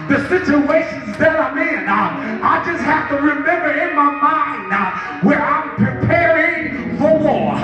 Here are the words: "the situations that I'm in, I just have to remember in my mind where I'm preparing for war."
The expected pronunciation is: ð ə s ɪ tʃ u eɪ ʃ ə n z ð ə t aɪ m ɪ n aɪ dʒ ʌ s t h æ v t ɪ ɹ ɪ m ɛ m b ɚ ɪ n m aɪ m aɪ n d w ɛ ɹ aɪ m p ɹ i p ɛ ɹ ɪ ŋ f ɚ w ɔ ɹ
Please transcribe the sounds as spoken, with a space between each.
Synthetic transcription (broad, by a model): ð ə s ɪ tʃ u eɪ ʃ ə n z ð ə t aɪ m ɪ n aɪ dʒ ʌ s t h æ f t ɪ ɹ ɪ m ɛ m b ɚ ɪ n m aɪ m aɪ n d w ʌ ɹ aɪ m p ɹ i p ɛ ɹ ɪ ŋ f ɚ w ɔ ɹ